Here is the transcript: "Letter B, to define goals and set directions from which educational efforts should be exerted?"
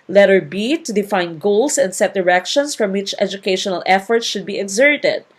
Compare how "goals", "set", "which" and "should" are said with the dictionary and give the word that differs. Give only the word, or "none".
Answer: goals